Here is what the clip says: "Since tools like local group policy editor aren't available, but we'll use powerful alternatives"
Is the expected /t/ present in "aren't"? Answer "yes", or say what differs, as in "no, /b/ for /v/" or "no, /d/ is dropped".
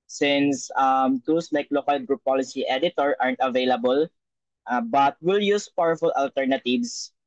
yes